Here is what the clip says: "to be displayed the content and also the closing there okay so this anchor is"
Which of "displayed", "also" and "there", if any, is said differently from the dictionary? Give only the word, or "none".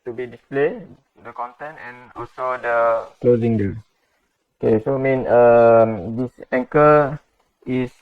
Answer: there